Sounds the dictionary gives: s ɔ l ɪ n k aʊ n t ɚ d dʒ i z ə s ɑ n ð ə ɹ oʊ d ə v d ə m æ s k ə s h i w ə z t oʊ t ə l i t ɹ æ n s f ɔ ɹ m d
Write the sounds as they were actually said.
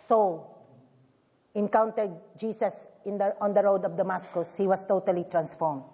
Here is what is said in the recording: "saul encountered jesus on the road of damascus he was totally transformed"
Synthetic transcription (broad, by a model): s ɔ l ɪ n k aʊ n t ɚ d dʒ i s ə s ɑ n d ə ɹ oʊ d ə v d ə m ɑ s k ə s h i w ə s t oʊ t ə l i t ɹ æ n s f ɔ ɹ m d